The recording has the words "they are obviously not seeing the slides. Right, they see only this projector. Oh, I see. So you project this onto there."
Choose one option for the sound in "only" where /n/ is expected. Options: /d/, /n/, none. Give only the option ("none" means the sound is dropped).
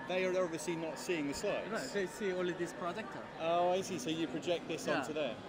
none